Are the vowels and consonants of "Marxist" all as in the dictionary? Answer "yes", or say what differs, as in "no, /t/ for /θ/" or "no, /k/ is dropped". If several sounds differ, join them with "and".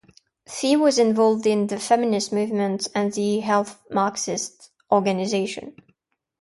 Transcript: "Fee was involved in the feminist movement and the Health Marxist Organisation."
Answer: yes